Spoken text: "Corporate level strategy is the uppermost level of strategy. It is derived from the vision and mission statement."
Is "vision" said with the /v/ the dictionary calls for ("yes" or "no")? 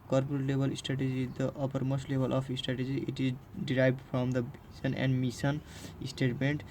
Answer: no